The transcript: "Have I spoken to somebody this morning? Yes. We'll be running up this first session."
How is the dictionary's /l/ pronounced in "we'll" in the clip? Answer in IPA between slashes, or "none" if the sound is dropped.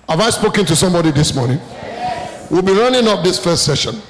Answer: /l/